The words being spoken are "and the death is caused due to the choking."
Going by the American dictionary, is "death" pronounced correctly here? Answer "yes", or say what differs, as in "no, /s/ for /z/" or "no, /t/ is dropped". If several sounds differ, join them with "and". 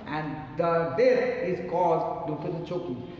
no, /s/ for /θ/